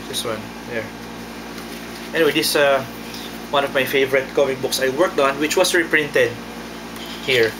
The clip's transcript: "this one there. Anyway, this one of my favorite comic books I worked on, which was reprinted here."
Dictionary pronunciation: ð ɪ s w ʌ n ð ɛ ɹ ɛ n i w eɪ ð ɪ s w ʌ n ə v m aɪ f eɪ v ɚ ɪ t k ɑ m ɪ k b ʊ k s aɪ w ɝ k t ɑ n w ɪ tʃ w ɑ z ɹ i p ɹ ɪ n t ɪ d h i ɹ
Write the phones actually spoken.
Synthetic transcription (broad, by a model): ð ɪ s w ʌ n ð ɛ ɹ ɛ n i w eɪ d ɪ s w ʌ n ə v m aɪ f eɪ v ɚ ɪ t k ɑ m ɪ k b ʊ k s aɪ w ɝ k t ɑ n w ɪ tʃ w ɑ s ɹ i p ɹ ɪ n t ɪ d h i ɹ